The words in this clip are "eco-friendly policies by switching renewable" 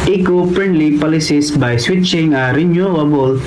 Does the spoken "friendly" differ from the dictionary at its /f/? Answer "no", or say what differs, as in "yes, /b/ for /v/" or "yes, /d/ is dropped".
yes, /p/ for /f/